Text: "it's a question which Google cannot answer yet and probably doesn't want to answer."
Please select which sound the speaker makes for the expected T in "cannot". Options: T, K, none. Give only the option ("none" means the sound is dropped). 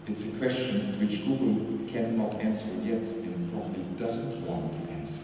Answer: T